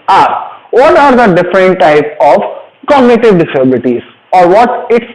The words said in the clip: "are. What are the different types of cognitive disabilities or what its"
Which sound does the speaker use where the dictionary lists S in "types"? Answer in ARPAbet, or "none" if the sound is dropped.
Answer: none